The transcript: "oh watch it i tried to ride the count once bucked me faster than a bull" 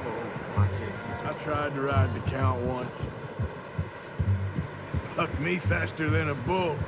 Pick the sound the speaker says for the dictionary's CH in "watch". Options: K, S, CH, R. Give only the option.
S